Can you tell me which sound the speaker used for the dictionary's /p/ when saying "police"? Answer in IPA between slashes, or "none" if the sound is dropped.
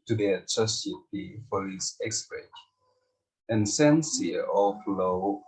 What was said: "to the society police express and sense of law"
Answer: /f/